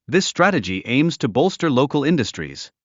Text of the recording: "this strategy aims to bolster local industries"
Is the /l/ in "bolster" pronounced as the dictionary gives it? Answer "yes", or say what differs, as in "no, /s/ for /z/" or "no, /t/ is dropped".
yes